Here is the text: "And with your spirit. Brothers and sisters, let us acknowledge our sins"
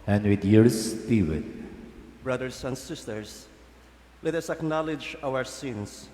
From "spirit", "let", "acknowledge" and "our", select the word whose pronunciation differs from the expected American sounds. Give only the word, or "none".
spirit